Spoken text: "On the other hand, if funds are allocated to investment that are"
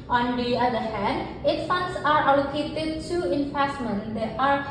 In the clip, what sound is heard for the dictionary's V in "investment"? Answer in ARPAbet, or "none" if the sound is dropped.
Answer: F